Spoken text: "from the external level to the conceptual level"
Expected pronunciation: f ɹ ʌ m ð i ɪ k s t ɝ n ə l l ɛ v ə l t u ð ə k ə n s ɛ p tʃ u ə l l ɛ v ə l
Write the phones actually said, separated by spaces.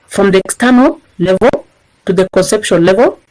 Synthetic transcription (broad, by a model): f ɹ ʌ m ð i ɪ k s t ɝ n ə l l ɛ v ə l t u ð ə k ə n s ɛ p ʃ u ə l l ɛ v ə l